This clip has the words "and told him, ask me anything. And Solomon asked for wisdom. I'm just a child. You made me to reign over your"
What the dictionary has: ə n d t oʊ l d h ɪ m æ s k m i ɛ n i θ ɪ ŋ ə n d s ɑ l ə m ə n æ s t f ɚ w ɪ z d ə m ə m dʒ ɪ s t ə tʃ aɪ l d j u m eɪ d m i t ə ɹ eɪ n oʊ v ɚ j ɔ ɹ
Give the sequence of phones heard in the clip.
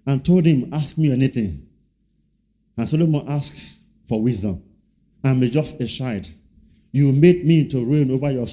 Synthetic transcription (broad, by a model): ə n t oʊ l d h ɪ m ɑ s k m i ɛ n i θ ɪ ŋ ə n s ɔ l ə m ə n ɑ s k f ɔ w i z d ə m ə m dʒ ɪ s t ə ʃ aɪ d j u m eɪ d m i t ə ɹ eɪ n oʊ v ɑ j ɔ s